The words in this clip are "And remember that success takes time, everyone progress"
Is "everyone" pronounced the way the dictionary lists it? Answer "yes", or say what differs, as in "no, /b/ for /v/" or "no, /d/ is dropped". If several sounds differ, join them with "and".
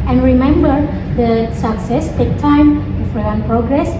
no, /f/ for /v/